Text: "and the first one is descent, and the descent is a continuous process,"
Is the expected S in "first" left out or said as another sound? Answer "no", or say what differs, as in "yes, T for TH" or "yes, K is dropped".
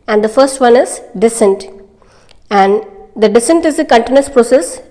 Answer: no